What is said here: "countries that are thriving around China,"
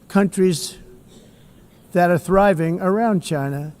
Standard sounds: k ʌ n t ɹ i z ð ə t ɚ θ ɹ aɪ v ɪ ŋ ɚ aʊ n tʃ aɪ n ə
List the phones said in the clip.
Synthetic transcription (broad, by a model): k ʌ n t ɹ i z ð ə t ɚ θ ɹ aɪ v ɪ ŋ ɚ aʊ n tʃ aɪ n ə